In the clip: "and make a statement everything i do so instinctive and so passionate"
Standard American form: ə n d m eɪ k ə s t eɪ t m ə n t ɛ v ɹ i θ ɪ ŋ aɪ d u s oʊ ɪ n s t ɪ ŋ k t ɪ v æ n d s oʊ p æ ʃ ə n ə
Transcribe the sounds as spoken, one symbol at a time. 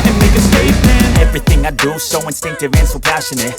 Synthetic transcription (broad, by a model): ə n m eɪ k ə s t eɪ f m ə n ɛ v ɹ i θ ɪ ŋ aɪ d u s oʊ ɪ n s t ɪ ŋ k t ɪ v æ n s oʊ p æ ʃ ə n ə